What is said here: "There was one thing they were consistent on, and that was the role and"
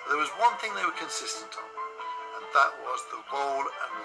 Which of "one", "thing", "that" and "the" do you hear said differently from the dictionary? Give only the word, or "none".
none